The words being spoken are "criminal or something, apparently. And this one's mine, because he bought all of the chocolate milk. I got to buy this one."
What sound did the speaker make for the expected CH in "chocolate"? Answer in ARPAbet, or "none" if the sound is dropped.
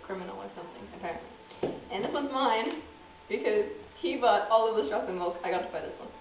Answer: S